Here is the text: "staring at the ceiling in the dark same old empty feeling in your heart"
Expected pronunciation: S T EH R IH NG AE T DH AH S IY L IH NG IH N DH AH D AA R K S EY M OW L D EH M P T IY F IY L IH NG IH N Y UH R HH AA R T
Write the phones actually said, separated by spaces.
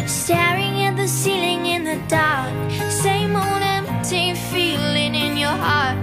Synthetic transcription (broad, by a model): S T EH R IH NG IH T DH AH S IY L IH NG IH N DH AH D AA R K S EY M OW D EH M P T IY F IY L IH NG IH N Y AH R HH AA R T